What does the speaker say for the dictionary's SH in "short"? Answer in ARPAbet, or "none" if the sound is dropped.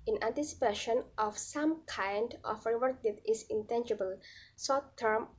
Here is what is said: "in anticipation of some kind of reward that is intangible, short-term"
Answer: S